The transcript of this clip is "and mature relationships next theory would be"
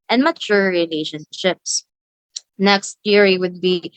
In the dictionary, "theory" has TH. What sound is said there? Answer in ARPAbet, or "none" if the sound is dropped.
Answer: T